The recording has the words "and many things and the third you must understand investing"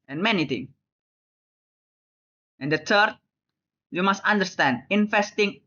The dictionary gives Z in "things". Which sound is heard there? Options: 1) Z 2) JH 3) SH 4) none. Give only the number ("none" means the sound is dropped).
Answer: 4